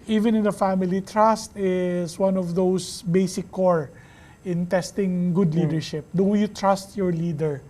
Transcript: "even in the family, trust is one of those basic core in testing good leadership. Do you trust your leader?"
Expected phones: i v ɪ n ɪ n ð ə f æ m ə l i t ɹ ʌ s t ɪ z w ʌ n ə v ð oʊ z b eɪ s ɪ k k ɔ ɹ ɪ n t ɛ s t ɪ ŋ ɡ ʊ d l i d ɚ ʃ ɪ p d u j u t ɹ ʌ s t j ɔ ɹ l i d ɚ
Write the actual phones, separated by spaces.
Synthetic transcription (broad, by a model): i v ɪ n ɪ n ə f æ m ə l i t ɹ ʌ s t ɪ s w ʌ n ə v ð oʊ s b eɪ s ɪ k k ɔ ɹ ɪ n t ɛ s t ɪ ŋ ɡ ʊ d l i d ɚ ʃ ɪ p d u j u t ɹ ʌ s t j ɔ ɹ l i d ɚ